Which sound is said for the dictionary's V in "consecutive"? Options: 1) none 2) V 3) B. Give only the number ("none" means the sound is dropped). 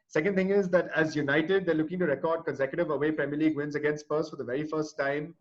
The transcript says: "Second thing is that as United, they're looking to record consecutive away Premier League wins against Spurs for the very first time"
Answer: 2